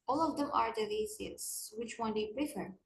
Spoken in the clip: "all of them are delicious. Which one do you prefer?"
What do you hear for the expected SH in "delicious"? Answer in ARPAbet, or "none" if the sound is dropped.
S